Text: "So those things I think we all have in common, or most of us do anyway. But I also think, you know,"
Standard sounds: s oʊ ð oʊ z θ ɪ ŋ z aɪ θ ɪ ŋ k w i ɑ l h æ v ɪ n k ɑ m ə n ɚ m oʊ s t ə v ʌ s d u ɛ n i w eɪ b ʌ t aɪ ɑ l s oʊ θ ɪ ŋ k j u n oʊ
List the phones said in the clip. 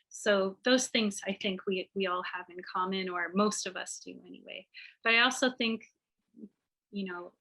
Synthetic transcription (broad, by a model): s oʊ ð oʊ z θ ɪ ŋ z aɪ θ ɪ ŋ k w i ɑ l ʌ v ɪ n k ɑ m ə n ɚ m oʊ s t ə v ʌ s d u ɛ n i w eɪ b ʌ t aɪ ɑ l s oʊ θ ɪ ŋ k j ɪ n oʊ